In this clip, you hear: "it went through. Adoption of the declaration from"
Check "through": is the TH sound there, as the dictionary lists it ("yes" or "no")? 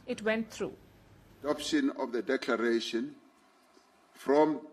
no